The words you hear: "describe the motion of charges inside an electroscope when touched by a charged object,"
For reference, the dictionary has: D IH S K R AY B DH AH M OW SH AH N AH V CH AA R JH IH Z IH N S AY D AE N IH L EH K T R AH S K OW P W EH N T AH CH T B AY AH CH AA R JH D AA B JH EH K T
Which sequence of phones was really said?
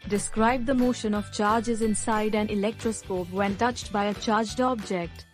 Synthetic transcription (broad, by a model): D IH S K R AY B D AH M OW SH AH N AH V CH AA R JH IH Z IH N S AY D AE N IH L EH K T R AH S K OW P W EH N T AH CH T B AY AH CH AA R JH D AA B JH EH K T